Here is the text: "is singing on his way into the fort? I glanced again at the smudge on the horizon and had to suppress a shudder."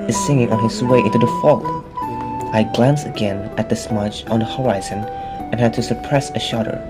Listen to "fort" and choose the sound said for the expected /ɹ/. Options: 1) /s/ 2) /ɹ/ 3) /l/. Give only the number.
3